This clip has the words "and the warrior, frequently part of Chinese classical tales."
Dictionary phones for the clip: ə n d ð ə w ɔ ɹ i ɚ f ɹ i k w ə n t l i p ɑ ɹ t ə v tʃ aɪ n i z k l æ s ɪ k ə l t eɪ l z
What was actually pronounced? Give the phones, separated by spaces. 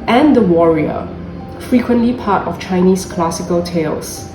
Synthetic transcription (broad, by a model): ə n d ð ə w ɔ ɹ i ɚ f ɹ i k w ə n t l i p ɑ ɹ t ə f tʃ aɪ n i s k l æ s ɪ k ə l t eɪ l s